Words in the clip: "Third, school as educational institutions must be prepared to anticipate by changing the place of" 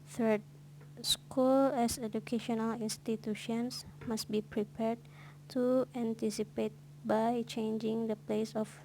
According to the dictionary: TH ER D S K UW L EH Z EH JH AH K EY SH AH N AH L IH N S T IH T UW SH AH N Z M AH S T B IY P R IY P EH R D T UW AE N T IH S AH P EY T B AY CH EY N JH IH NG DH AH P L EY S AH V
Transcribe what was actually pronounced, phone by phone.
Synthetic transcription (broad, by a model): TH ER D S K UW L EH S EH JH AH K EY SH AH N AH L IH N S T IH T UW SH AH N S M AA S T B IY P R IY P EH R D T UW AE N T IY S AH P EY T B AY CH EY N JH IH NG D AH P L EY S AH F